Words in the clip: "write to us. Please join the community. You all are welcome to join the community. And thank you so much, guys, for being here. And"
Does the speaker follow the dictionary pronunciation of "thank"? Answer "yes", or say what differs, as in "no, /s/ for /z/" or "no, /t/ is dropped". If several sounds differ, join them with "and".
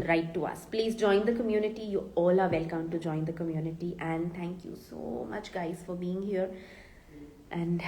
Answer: no, /t/ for /θ/